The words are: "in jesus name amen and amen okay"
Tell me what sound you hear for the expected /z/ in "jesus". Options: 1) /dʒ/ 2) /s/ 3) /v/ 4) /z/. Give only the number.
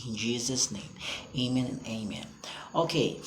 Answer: 4